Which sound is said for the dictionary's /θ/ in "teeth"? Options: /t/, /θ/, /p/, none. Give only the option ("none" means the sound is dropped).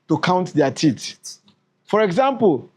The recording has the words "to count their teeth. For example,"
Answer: /t/